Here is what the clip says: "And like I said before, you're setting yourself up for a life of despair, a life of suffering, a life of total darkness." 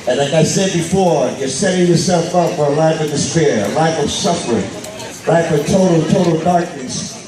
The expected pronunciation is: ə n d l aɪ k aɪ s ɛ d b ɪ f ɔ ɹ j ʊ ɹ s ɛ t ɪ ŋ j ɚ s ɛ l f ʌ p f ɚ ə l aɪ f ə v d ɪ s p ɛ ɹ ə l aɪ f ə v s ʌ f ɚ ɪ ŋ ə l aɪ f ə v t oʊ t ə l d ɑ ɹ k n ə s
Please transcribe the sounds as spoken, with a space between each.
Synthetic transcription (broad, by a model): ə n l aɪ k aɪ s ɛ d b ɪ f ɔ ɹ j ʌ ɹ s ɛ t ɪ ŋ j ɚ s ɛ l f ʌ p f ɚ ə l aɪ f ə v d ɪ s p ɛ ɹ ə l aɪ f ə v s ʌ f ɚ ɪ ŋ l aɪ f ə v t oʊ t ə l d ɑ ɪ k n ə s